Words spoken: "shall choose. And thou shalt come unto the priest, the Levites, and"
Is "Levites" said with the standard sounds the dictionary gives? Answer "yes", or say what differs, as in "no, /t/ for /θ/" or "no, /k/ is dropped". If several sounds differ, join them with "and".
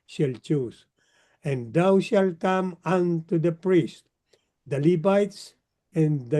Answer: no, /b/ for /v/